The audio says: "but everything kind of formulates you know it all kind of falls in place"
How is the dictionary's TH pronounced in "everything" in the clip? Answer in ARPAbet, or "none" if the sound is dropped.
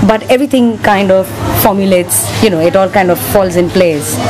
T